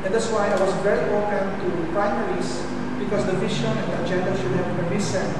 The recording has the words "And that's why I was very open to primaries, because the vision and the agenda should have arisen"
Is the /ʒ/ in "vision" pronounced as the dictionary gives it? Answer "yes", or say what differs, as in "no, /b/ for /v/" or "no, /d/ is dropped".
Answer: no, /ʃ/ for /ʒ/